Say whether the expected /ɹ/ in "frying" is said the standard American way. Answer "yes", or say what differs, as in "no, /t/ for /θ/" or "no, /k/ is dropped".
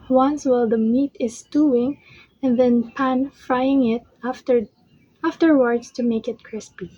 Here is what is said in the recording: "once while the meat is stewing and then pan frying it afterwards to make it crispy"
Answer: yes